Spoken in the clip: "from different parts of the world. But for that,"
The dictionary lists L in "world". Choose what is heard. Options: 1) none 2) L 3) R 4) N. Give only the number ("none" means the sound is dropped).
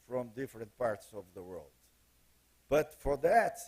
2